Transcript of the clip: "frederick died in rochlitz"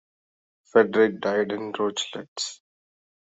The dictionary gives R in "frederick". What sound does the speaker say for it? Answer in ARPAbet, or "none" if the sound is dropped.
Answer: none